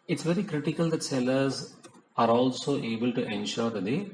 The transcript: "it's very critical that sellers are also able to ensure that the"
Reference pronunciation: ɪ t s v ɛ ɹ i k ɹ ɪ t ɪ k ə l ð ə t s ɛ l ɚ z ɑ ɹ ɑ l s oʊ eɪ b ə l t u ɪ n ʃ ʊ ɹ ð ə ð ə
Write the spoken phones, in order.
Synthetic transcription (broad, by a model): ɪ t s v ɛ ɹ i k ɹ ɪ t ɪ k ə l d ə t s ɛ l ɚ z ɑ ɹ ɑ l s oʊ eɪ b ə l t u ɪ n ʃ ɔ ɹ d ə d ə